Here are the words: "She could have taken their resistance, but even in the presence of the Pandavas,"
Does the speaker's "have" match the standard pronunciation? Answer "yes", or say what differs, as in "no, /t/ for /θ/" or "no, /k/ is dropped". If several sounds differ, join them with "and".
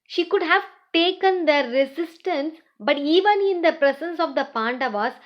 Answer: yes